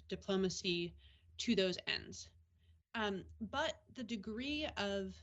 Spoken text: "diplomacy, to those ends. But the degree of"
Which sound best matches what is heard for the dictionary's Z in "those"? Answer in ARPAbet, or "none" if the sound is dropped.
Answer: Z